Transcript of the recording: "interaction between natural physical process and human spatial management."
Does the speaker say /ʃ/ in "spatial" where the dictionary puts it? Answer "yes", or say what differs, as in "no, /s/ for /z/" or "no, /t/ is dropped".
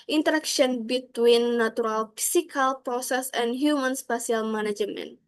no, /s/ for /ʃ/